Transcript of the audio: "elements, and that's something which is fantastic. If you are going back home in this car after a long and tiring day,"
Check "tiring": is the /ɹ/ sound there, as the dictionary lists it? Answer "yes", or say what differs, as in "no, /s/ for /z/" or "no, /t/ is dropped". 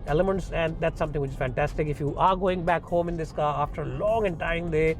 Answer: no, /ɹ/ is dropped